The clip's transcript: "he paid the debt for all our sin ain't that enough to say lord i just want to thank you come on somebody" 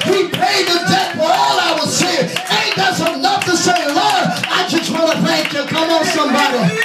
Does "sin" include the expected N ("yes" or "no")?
no